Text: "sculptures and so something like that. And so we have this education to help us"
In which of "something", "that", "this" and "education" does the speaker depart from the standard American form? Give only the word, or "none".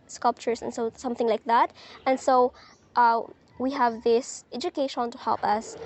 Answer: none